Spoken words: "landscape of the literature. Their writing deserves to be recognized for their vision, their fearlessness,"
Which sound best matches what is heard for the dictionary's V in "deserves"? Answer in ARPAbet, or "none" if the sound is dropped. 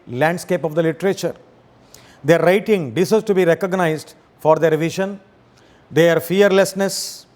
none